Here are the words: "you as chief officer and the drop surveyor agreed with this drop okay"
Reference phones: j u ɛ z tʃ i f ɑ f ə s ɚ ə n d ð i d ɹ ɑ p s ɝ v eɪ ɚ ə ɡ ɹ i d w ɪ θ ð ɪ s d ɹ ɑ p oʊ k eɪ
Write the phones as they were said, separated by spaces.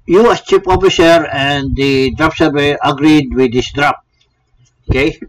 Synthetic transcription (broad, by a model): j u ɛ s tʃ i p ɑ f ə s ɚ ə n d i d ɹ ɑ p s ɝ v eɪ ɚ ə ɡ ɹ i d w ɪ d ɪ s d ɹ ɑ p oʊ k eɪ